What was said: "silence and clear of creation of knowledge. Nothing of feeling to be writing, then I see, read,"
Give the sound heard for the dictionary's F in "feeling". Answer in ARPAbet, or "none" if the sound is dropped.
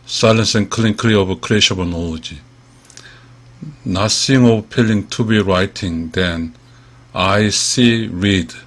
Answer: P